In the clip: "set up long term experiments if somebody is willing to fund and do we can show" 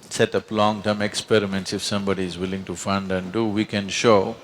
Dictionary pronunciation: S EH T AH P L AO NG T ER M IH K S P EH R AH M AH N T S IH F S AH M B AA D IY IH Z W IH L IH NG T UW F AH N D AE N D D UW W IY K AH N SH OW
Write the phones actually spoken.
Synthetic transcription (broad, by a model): S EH T AH P L AO NG T ER M IH K S P EH R AH M AH N T S IH F S AH M B AA D IY IH Z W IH L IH NG T UW F AH N D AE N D D UW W IY K AH N SH OW